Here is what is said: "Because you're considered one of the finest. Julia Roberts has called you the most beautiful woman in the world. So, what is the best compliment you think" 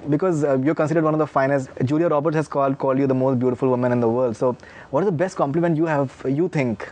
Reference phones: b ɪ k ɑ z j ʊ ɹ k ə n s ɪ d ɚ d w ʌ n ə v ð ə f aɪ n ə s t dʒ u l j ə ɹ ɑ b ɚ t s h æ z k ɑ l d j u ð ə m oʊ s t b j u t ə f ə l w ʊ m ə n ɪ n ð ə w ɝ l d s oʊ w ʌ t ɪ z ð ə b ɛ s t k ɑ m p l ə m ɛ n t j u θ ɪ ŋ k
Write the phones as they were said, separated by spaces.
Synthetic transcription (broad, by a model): b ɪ k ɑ z j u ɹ k ə n s ɪ d ɚ d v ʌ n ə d ə f aɪ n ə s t dʒ u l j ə ɹ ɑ b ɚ t h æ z k ɑ l d j u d ə m oʊ s t b j u t ə f ə l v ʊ m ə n ɪ n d ə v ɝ l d s oʊ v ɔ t ɪ z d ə b ɛ s t k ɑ m p l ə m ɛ n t j u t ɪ ŋ k